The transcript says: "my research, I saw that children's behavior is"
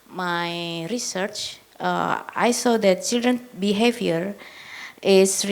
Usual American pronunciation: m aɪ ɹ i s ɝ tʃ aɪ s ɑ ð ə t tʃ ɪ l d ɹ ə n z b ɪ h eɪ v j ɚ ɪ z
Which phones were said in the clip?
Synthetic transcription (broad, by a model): m aɪ ɹ i s ɝ tʃ aɪ s ɑ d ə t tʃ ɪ l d ɹ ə n b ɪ h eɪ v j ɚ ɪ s